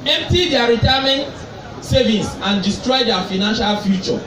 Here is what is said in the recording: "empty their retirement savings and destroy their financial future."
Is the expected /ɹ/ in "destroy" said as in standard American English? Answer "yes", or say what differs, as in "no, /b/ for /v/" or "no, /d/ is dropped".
yes